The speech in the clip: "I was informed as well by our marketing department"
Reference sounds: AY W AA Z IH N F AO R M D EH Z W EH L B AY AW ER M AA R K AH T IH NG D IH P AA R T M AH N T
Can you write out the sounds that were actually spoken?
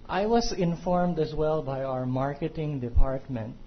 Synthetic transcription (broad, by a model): AY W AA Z IH N F AO R M D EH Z W EH L B AY AW ER M AA R K AH T IH NG D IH P AA R T M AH N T